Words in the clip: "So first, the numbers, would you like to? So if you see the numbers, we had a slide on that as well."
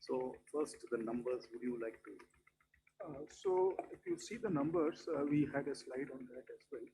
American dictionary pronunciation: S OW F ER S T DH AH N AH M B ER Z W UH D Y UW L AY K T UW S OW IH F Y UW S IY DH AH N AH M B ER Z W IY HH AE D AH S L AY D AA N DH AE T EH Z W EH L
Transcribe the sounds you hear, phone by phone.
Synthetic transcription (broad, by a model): S OW F ER S T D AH N AH M B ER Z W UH D Y UW L AY K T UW S OW IH F Y UW S IY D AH N AH M B ER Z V IY HH AE D AH S L AY D AA N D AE T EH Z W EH L